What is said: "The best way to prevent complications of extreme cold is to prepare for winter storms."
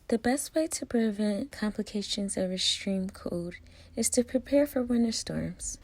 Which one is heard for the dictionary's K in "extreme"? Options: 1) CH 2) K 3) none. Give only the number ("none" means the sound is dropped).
3